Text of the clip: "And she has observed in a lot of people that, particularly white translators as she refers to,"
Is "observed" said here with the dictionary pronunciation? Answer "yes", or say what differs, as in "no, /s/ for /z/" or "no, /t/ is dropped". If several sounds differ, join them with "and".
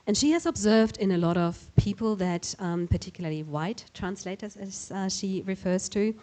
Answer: yes